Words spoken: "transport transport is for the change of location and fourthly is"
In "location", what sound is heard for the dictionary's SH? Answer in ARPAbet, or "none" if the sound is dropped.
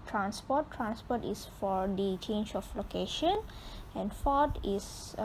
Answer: SH